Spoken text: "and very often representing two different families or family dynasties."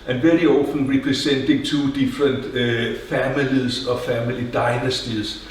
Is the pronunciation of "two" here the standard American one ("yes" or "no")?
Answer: no